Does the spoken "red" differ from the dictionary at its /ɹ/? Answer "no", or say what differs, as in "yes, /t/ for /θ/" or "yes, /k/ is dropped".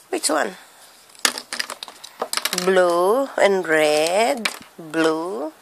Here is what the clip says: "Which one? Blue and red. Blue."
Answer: no